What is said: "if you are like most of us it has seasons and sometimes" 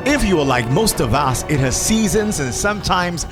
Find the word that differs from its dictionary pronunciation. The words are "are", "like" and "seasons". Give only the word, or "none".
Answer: none